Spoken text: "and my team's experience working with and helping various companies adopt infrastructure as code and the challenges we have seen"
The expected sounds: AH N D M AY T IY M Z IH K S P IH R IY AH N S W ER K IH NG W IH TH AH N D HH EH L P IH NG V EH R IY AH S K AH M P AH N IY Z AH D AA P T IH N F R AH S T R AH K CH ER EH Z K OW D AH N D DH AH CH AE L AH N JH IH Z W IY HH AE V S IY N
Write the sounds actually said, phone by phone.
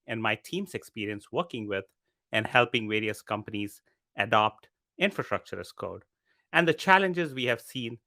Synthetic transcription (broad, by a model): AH N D M AY T IY M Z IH K S P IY R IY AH N S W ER K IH NG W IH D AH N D HH EH L P IH NG V EH R IY AH S K AH M P AH N IY Z AH D AA P T IH N F R AH S T R AH K CH ER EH S K OW D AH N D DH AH CH AE L AH N JH IH Z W IY HH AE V S IY N